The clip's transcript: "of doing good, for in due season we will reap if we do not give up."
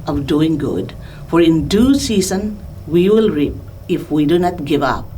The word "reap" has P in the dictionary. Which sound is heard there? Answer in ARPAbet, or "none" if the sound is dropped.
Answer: P